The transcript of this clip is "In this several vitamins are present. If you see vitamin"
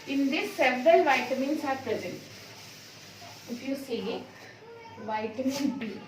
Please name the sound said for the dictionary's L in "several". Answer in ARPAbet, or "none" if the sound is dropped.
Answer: L